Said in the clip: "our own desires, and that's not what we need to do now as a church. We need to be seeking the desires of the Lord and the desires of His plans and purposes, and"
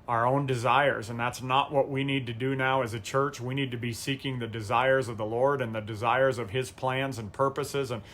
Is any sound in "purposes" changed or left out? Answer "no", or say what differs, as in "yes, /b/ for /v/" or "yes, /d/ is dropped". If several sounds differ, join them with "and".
no